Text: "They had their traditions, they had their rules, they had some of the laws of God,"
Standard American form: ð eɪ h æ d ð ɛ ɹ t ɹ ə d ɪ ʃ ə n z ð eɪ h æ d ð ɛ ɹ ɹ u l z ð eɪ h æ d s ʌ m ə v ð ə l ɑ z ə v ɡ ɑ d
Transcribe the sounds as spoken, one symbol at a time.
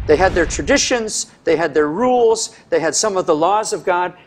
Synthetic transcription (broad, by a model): ð eɪ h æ d ð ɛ ɹ t ɹ ə d ɪ ʃ ə n z ð eɪ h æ d ð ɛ ɹ ɹ u l z ð eɪ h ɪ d s ʌ m ə v ð ə l ɑ z ə v ɡ ɑ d